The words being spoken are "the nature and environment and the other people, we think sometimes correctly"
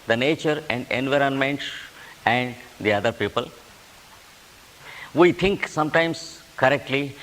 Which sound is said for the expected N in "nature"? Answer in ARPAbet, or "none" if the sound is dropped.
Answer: N